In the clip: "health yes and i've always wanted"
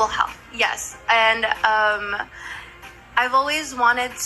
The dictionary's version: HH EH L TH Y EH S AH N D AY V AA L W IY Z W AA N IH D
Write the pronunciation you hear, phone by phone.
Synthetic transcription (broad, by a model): HH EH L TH Y EH S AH N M AY V AA L W IY Z W AA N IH D